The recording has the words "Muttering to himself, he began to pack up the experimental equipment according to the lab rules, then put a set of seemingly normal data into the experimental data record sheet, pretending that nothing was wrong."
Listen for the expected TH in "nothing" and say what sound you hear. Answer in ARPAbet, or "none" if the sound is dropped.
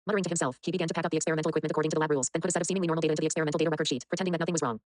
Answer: TH